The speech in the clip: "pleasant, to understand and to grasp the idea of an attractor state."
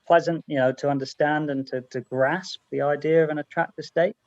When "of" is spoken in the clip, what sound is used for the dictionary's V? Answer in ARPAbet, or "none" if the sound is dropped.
V